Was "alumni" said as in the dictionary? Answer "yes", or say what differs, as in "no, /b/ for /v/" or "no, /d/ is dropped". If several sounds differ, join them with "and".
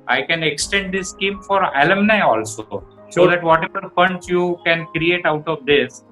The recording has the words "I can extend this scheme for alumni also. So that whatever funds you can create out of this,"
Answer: yes